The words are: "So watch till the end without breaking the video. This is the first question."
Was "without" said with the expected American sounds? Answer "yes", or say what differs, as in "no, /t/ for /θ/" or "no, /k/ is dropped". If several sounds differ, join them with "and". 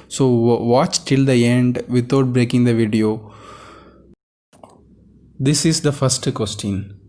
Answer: no, /t/ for /θ/